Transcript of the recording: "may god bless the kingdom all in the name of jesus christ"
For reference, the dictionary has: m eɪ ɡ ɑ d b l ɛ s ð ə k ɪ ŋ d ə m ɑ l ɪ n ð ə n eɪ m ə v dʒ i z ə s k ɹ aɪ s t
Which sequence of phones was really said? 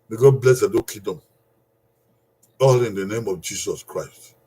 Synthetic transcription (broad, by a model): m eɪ ɡ ɑ d b l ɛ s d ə k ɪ d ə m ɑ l ɪ n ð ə n eɪ m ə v dʒ i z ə s k ɹ aɪ s t